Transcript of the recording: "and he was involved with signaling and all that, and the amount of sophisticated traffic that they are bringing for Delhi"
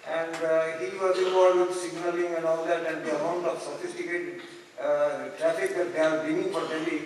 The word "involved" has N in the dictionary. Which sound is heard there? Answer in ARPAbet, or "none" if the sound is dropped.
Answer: none